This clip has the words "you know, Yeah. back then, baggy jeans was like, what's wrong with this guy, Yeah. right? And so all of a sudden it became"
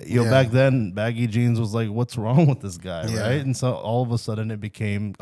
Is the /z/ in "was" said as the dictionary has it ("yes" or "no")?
yes